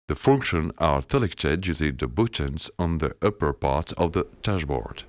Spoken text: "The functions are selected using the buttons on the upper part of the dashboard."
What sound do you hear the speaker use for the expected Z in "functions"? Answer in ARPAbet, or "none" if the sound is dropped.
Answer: none